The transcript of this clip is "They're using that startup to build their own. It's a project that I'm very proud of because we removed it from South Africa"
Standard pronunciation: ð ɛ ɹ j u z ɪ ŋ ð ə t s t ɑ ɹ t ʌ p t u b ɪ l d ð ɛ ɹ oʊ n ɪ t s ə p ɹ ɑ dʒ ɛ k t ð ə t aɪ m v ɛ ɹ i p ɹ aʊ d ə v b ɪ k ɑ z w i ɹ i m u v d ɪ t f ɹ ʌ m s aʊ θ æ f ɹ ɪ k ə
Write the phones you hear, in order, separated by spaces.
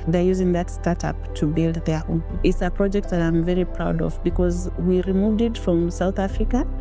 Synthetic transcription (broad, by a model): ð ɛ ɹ j u z ɪ ŋ ð ə t s t ɑ ɹ t ʌ p t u b ɪ l d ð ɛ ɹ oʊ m ɪ t s ə p ɹ ɑ dʒ ɛ k t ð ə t aɪ m v ɛ ɹ i p ɹ aʊ d ə v b ɪ k ɑ z w i ɹ i m u v d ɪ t f ɹ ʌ m s aʊ θ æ f ɹ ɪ k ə